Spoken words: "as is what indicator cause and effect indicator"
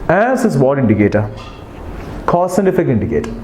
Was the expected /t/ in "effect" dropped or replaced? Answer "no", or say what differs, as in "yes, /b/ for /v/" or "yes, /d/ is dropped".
yes, /t/ is dropped